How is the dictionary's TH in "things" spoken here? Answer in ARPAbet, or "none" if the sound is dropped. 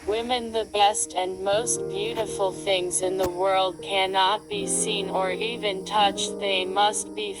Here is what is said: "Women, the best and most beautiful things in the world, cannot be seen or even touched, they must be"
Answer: TH